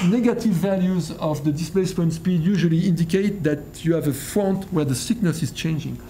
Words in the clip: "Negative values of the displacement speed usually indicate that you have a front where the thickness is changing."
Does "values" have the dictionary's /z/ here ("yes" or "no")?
yes